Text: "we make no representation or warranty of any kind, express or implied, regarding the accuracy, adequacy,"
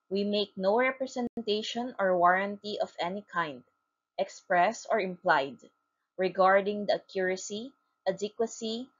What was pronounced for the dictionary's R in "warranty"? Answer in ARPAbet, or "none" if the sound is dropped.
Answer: R